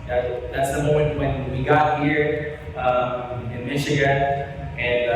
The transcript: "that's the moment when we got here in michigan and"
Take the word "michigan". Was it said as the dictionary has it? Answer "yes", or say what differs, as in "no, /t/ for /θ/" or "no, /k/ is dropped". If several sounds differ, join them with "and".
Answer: no, /n/ is dropped